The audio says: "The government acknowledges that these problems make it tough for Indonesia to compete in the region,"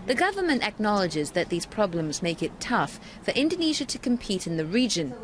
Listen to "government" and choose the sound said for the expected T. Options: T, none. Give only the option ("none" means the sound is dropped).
T